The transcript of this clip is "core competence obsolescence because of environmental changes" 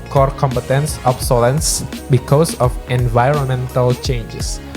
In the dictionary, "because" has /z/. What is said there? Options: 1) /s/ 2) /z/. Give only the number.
1